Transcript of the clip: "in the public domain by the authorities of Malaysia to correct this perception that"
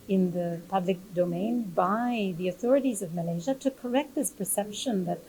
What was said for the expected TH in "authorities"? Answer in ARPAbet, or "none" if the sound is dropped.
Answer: TH